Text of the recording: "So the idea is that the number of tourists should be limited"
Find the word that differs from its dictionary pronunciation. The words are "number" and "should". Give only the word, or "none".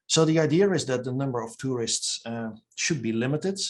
none